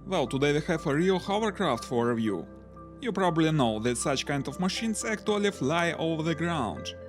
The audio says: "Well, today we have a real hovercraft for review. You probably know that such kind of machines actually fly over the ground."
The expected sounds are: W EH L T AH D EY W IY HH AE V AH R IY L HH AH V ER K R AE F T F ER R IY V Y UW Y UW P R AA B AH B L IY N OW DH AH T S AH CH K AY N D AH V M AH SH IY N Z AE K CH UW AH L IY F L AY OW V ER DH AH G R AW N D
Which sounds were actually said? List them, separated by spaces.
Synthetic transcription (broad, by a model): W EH L T AH D EY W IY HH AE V AH R IY L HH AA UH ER K R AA F T F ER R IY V Y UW Y UW P R AA B AH B L IY N OW DH AH T S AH CH K AY N D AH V M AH SH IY N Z AE K CH UW AH L IY F L AY OW V ER DH AH G R AW N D